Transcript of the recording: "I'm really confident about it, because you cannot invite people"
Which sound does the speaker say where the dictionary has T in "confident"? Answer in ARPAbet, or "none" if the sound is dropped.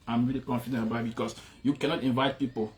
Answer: none